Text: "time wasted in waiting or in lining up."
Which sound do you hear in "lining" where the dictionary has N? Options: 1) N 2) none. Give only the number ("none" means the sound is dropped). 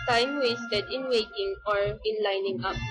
1